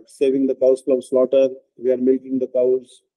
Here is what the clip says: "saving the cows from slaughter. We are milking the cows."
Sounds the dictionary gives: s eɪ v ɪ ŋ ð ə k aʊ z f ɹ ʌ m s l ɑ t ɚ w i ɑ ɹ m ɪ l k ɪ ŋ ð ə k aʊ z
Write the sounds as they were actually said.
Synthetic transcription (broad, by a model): s eɪ v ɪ ŋ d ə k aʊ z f l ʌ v s l ɑ t ɚ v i ɑ ɹ m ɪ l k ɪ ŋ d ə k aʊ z